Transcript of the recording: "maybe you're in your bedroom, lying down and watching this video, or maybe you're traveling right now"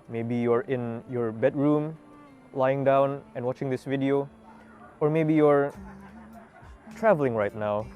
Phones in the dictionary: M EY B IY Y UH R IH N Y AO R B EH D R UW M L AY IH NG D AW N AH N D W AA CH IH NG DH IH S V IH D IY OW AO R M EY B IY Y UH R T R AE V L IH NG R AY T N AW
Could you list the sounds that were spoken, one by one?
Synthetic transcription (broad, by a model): M EY B IY Y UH R IH N Y AO R B EH D R UW M L AY IH NG D AW N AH N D W AA CH IH NG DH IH S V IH D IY OW AO R M EY B IY Y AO R T R AE V L IH NG R AY T N AW